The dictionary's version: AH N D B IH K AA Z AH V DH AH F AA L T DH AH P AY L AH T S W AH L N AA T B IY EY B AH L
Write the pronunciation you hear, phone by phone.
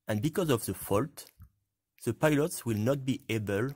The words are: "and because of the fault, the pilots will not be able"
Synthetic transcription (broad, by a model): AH N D B IH K AA Z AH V DH AH F AA L T DH AH P AY L AH T S W AH L N AA T B IY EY B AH L